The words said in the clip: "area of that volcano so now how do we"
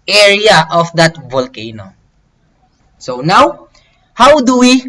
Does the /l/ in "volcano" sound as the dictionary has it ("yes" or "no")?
yes